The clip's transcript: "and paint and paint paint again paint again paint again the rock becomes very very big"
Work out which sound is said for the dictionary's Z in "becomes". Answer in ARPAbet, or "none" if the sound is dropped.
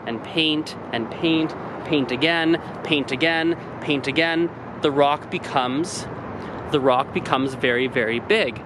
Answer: Z